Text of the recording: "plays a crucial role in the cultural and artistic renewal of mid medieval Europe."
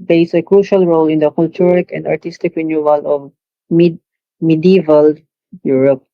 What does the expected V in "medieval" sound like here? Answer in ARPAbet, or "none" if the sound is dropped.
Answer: V